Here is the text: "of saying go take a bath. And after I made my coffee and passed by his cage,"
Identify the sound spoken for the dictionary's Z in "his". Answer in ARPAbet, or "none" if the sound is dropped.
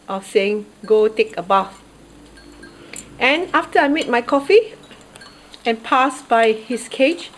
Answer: S